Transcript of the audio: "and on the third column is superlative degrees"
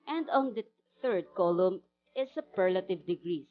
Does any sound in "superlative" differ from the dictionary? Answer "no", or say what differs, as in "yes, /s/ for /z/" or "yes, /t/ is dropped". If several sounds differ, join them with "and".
no